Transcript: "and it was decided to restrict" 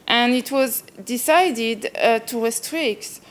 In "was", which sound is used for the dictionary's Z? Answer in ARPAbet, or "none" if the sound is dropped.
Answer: Z